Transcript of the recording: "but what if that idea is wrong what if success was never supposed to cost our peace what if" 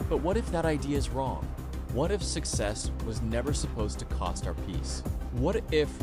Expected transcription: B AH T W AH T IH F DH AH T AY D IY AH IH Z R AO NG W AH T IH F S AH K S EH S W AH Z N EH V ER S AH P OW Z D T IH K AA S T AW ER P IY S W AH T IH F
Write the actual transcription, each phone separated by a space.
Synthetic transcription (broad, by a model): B AH T W AH T IH F DH AH T AY D IY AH IH Z R AO NG W AH T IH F S AH K S EH S W AH Z N EH V ER S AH P OW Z T IH K AA S T AW ER P IY S W AH T IH F